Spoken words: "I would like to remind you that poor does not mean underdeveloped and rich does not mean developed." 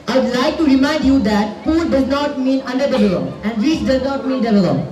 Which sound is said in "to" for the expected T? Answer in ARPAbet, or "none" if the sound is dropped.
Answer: T